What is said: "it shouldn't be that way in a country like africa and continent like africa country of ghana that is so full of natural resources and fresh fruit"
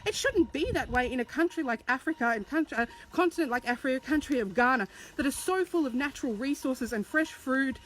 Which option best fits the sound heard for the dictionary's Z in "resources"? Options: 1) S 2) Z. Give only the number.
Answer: 2